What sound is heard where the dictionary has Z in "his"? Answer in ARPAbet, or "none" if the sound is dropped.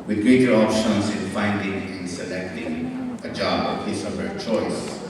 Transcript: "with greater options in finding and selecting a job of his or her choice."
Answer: S